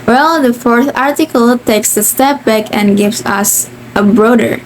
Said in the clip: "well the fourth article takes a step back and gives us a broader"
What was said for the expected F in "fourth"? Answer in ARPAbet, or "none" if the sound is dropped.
F